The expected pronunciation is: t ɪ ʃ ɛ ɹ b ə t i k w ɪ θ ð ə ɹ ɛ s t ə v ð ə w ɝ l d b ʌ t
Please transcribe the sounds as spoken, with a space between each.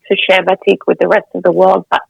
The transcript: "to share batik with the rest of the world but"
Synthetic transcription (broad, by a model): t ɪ ʃ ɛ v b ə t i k w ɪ ð ə ɹ ɛ s t ə v ð ə w ɝ l d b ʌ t